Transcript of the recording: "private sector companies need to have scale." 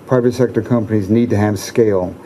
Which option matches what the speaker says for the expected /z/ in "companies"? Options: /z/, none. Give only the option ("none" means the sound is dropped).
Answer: /z/